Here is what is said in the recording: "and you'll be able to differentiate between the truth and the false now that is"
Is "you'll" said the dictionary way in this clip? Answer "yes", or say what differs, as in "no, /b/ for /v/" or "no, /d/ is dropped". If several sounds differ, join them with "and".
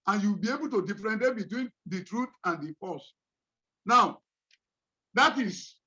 no, /w/ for /l/